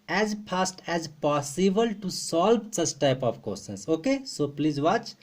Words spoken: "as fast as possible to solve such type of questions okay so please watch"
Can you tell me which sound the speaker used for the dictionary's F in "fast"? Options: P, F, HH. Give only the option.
P